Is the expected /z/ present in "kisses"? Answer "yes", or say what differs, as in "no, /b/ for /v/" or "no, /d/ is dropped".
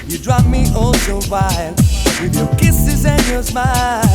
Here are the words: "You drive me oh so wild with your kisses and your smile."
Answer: yes